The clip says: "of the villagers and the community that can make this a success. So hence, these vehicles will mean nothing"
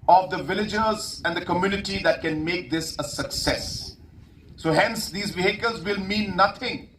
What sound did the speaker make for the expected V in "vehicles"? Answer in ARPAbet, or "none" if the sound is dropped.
B